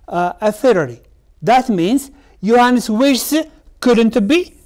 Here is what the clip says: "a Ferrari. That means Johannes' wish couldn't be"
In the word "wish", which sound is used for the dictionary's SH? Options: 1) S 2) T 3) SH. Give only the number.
1